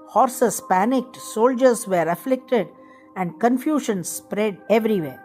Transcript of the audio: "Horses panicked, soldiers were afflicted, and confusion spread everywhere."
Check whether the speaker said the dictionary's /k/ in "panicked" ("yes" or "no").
yes